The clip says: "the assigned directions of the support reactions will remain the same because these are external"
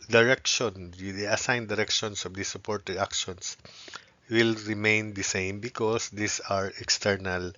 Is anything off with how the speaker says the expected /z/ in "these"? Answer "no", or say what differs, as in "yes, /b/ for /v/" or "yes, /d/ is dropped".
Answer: yes, /s/ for /z/